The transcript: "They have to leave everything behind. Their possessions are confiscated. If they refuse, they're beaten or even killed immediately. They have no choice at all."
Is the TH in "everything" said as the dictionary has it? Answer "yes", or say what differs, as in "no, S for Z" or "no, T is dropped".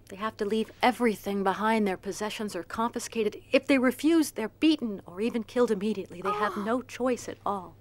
yes